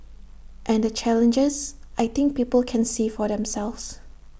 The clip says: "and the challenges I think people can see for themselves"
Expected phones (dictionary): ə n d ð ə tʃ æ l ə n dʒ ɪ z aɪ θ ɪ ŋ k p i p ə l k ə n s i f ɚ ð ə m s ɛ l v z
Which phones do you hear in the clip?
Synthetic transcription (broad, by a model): ə n d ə tʃ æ l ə n dʒ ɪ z aɪ t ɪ ŋ k p i p ə l k ə n s i f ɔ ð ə m s ɛ l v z